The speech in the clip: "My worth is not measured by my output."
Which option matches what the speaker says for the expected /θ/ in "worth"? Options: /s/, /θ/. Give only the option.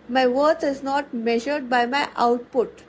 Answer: /s/